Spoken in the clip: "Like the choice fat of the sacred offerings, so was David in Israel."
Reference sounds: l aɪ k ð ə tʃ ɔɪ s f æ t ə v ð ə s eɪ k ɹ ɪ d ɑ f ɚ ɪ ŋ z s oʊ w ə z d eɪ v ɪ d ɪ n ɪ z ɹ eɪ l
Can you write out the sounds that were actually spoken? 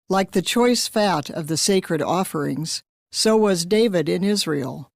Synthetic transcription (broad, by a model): l aɪ k ð ə tʃ ɔɪ s f æ t ə v ð ə s eɪ k ɹ ɪ d ɑ f ɚ ɪ ŋ z s oʊ w ə z d eɪ v ɪ d ɪ n ɪ z ɹ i l